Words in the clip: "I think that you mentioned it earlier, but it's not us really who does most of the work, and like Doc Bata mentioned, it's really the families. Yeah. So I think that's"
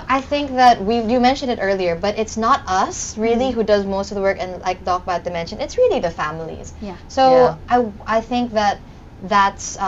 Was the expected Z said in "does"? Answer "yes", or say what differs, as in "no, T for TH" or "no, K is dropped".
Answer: yes